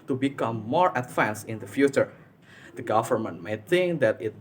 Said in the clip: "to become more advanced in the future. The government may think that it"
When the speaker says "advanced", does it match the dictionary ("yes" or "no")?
no